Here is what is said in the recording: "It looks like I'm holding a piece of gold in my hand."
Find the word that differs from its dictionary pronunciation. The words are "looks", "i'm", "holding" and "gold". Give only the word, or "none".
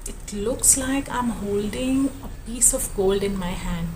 none